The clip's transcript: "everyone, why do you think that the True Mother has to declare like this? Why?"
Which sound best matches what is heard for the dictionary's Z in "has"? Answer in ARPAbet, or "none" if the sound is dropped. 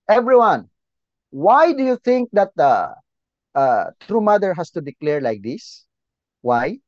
S